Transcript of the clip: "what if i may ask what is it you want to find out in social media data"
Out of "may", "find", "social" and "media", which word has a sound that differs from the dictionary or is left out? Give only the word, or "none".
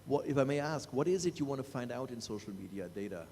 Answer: none